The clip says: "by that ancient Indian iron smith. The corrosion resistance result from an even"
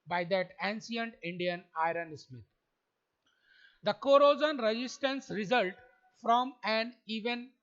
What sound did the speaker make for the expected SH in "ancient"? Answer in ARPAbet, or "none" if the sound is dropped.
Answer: S